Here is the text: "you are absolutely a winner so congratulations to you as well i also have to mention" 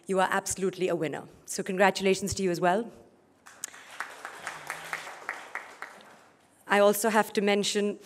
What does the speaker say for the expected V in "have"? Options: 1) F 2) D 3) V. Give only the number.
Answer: 1